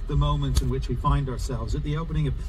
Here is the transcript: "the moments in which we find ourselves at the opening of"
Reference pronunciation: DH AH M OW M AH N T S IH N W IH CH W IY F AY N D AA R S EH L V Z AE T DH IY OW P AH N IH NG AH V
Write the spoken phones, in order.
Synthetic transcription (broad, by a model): DH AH M OW M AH N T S IH N W IH CH W IY F AY N D AA R S EH L V Z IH T DH IY OW P AH N IH NG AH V